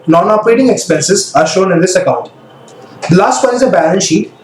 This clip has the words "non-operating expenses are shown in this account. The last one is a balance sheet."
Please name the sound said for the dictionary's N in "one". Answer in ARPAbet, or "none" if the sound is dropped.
none